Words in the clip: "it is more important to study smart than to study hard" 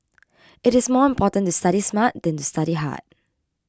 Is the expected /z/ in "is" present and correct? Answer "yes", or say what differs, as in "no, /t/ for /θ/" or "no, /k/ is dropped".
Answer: no, /s/ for /z/